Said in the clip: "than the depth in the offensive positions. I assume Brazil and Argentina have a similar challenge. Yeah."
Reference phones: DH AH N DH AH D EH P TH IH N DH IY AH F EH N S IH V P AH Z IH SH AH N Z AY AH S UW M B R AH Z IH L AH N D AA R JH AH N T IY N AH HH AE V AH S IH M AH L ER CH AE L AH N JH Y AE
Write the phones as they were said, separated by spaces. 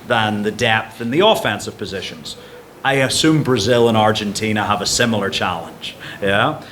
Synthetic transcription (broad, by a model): DH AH N DH AH D EH P TH IH N DH IY AH F EH N S IH V P AH Z IH SH AH N Z AY AH S UW M B R AH Z IH L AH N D AA R JH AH N T IY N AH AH V AH S IH M L ER CH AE L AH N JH Y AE